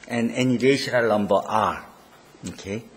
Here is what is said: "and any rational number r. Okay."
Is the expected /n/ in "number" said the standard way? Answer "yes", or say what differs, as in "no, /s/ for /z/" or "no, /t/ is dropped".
no, /l/ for /n/